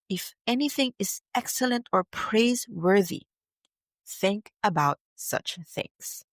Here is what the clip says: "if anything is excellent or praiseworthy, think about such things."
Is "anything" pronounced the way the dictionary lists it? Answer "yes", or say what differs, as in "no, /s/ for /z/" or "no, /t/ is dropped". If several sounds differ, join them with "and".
yes